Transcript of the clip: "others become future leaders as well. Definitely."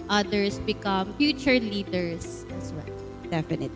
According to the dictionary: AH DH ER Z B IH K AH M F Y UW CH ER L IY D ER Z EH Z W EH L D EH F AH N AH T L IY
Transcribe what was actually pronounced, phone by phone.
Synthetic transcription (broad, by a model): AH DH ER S B IH K AH M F Y UW CH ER L IY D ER S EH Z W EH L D EH F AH N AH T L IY